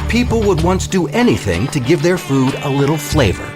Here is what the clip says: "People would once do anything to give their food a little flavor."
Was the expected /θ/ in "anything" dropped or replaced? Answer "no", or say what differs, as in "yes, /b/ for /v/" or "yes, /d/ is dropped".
no